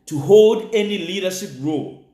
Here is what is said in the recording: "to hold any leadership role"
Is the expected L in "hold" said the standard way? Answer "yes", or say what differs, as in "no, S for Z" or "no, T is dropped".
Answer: yes